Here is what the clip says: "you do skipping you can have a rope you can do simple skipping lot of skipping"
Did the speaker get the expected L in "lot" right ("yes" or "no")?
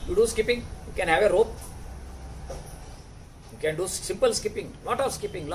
no